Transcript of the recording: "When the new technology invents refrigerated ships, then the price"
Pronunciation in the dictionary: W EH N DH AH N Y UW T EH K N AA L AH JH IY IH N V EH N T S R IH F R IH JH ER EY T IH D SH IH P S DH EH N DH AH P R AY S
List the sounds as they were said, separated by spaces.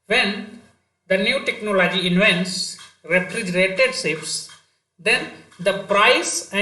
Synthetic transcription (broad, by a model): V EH N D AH N Y UW T EH K N AA L AH JH IY IH N V EH N T S R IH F R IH JH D EY T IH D S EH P S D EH N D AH P R AY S